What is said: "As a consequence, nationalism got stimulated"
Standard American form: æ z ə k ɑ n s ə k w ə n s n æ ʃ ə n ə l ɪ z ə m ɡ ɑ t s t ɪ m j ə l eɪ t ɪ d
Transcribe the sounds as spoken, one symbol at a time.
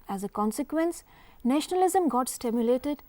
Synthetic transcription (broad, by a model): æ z ə k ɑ n s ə k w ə n s n æ ʃ ə n ə l ɪ z ə m ɡ ɑ t s t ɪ m j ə l eɪ t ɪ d